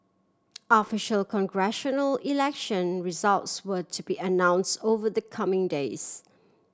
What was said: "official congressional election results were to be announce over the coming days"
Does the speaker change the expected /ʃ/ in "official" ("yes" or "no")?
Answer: no